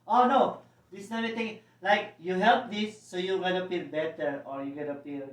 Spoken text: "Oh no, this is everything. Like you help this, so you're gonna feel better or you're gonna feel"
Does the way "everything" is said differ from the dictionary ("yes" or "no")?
yes